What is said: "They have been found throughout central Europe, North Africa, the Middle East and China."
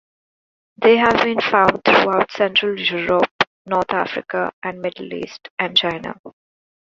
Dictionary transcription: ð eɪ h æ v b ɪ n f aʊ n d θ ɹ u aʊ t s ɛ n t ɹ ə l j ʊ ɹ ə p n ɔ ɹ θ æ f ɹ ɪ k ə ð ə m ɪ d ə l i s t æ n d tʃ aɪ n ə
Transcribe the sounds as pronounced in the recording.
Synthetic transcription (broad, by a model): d eɪ h æ v b ɪ n f aʊ n d t ɹ u aʊ t s ɛ n t ɹ ə l j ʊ ɹ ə p n ɔ ɹ t æ f ɹ ɪ k ə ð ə m ɪ d ə l i s t æ n d tʃ aɪ n ə